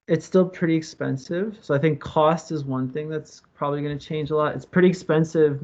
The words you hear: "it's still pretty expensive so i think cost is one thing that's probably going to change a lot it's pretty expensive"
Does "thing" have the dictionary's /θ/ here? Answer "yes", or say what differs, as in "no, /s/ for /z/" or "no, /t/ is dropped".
yes